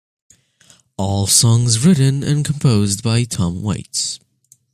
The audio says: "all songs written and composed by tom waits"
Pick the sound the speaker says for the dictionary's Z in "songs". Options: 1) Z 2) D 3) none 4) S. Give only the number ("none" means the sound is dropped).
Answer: 1